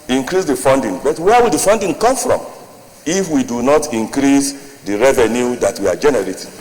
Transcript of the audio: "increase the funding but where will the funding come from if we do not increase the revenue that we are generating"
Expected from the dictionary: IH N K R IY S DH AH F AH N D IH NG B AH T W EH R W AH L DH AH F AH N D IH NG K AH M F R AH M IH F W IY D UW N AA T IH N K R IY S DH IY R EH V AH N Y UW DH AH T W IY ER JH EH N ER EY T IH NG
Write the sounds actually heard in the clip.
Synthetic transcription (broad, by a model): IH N K R IY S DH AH F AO N D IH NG B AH T W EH W AH L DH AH F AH N D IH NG K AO M F R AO M IH F W IY D UW N AA T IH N K R IY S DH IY R EH V AH N Y UW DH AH T W IY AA JH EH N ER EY T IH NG